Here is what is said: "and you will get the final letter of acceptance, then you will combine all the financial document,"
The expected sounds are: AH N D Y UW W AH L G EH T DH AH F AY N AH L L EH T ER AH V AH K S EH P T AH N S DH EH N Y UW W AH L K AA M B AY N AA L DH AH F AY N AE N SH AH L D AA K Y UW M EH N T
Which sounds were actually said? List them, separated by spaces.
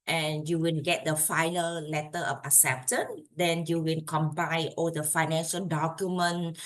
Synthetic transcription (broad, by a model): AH N Y UW W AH N G EH T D AH F AY N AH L L EH T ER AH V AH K S EH P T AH N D EH N Y UW W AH N K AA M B AY AA L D AH F AY N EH N SH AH L D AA K Y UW M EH N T